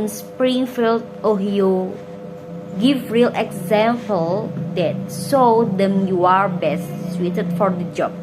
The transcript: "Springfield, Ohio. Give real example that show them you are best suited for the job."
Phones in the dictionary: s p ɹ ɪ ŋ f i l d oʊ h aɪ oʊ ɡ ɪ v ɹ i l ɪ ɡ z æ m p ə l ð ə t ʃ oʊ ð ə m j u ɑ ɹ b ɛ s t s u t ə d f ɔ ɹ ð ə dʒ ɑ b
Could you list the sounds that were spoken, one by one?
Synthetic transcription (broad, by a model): s p ɹ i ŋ f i l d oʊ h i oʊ ɡ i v ɹ i l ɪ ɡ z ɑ m p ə l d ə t s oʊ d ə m j u ɑ ɹ b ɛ s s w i t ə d f ɔ ɹ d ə dʒ ɑ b